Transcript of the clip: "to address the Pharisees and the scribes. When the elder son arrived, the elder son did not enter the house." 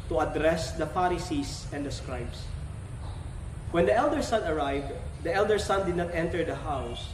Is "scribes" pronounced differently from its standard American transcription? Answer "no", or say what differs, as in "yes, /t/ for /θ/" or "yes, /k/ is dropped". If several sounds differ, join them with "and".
yes, /s/ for /z/